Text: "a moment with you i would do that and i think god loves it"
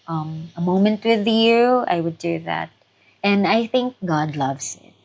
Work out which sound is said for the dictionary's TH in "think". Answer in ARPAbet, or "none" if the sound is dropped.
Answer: TH